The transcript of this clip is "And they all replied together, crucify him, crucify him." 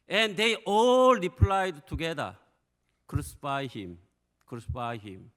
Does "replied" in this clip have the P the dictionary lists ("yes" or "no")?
yes